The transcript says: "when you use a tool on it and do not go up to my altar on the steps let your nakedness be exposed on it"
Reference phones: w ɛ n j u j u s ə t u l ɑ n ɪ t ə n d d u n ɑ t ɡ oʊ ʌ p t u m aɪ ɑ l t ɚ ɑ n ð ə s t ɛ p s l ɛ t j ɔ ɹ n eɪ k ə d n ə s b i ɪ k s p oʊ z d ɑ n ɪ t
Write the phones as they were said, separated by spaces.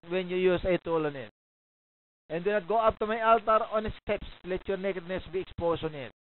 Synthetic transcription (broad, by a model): w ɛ n j u j u s ə t u l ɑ n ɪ t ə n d d u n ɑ t ɡ oʊ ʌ p t u m aɪ ɑ l t ɚ ɑ n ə s t ɛ p s l ɛ t j ɔ ɹ n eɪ k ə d n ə s b i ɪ k s p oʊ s ɑ n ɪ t